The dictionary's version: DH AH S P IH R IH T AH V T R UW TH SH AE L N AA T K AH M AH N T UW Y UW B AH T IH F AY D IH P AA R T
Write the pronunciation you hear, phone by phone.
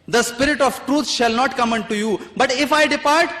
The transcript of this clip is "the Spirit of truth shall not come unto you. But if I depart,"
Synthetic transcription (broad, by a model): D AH S P IH R IH T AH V T R UW T SH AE L N AA T K AH M AH N T UW Y UW B AH T IH F AY D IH P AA R T